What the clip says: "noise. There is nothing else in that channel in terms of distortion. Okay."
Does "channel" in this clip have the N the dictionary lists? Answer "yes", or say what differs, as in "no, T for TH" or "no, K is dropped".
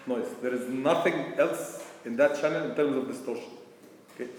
yes